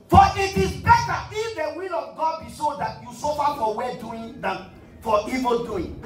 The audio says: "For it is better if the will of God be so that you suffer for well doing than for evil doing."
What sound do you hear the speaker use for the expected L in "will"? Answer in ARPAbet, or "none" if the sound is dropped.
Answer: L